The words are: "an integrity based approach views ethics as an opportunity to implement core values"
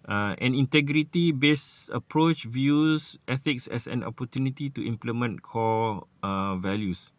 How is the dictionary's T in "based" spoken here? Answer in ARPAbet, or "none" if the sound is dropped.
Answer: none